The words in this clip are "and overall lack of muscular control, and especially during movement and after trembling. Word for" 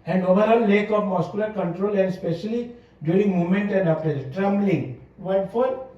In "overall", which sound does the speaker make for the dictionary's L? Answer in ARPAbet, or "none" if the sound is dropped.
N